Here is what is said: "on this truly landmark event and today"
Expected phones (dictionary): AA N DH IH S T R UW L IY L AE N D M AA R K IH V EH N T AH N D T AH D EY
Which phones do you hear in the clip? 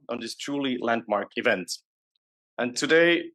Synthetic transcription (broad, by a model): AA N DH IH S T R UW L IY L AE N D M AA R K IH V EH N T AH N T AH D EY